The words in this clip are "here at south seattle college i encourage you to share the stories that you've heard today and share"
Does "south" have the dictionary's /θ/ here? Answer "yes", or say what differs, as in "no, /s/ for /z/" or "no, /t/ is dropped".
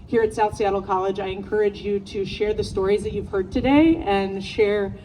yes